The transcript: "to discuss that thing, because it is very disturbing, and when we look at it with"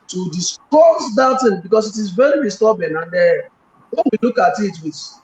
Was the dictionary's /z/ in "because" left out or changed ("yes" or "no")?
yes